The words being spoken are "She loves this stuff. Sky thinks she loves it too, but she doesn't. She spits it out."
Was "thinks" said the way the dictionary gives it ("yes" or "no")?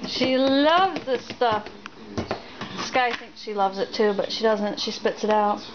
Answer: yes